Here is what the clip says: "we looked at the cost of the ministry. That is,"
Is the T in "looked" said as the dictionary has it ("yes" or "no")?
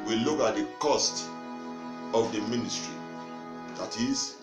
no